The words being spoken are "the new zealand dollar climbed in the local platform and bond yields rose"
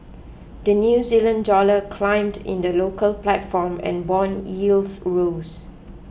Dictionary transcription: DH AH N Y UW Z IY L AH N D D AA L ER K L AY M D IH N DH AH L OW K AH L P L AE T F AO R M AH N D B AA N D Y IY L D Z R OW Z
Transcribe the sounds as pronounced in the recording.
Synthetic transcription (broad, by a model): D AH N Y UW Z IY L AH N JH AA L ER K L AY M D IH N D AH L OW K AH L P L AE T F AO M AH N B AA N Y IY L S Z R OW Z